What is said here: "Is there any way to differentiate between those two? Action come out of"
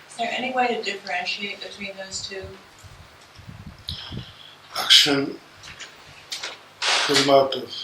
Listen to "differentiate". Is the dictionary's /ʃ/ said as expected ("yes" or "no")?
yes